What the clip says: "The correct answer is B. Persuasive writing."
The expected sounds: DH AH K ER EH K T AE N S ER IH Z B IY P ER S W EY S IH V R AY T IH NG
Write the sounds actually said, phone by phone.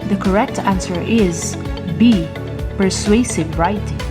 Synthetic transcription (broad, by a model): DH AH K ER EH K T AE N S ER IH Z B IY P ER S W EY S IH V R AY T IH